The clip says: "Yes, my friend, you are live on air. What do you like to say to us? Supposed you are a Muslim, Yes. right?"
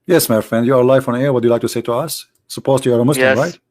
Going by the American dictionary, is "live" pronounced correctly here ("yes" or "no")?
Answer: no